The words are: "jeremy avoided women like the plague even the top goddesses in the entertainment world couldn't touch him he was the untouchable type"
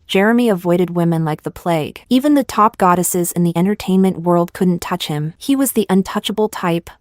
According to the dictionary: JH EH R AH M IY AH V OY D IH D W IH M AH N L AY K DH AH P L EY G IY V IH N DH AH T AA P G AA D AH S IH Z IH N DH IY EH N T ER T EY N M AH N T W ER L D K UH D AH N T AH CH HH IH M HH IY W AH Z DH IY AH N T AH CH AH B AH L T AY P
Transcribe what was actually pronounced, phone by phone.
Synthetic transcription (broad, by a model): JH EH R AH M IY AH V OY D IH D W IH M AH N L AY K DH AH P L EY G IY V IH N DH AH T AA P G AA D AH S IH Z IH N DH IY EH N T ER T EY N M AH N T W ER L D K UH D N T AH CH HH IH M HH IY W AH Z DH IY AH N T AH CH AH B L T AY P